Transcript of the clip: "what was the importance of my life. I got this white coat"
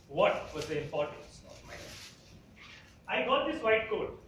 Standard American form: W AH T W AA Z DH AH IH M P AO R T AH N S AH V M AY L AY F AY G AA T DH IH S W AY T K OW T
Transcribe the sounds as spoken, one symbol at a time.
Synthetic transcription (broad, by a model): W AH T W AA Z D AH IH M P AO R T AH N S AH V M AY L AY AY G AA T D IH S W AY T K OW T